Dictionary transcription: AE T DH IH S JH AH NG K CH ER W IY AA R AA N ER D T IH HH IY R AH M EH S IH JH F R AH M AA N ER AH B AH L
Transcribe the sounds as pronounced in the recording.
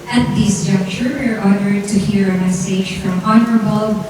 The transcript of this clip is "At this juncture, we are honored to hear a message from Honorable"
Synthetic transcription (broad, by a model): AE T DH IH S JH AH K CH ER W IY AA R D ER D T IH HH IY R AH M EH S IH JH F R AH M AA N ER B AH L